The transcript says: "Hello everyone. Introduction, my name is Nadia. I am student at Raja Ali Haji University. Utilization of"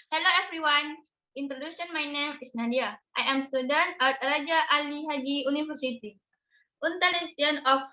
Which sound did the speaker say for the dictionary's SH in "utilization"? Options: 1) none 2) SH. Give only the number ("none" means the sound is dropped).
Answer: 1